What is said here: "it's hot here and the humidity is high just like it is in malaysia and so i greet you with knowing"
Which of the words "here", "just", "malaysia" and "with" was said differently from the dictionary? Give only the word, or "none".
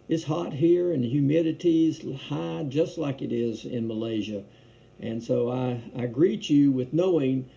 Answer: none